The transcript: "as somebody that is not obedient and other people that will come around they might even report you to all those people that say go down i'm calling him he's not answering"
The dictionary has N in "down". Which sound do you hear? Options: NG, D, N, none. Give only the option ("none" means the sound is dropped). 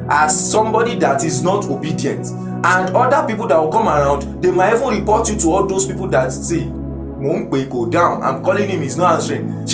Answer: N